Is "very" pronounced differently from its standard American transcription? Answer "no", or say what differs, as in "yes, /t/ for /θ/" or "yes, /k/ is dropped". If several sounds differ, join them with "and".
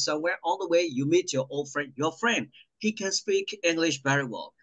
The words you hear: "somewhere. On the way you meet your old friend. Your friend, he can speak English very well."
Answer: yes, /b/ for /v/